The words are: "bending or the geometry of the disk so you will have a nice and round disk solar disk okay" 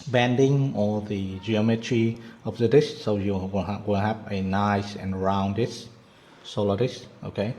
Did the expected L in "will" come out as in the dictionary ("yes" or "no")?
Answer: no